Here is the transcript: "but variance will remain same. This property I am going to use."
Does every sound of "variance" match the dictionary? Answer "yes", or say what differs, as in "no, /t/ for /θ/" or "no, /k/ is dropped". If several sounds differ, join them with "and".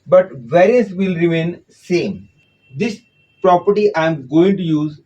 no, /n/ is dropped